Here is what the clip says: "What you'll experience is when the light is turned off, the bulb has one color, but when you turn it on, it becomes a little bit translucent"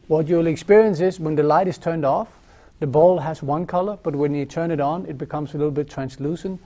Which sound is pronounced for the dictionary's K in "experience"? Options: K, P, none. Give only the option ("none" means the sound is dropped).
K